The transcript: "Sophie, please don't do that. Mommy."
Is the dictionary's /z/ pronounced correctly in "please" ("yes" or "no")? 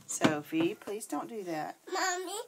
yes